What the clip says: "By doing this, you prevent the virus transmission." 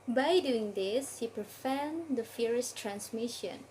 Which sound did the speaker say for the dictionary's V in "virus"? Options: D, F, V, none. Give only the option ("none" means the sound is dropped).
F